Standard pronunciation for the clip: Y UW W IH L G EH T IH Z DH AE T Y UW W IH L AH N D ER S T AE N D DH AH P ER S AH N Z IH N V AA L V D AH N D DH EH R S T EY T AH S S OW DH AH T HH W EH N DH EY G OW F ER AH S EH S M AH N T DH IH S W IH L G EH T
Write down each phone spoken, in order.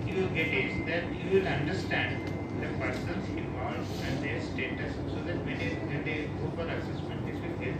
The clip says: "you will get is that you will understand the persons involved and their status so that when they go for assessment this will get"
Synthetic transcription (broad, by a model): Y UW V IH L G EH T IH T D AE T Y UW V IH L AH N D ER S T AE N D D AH P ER S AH N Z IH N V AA L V AH N D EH R S T EY T AH S S OW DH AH T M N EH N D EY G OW P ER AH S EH S M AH N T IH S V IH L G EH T